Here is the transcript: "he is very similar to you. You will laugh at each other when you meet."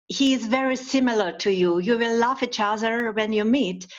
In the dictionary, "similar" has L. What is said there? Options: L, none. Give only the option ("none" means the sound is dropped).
L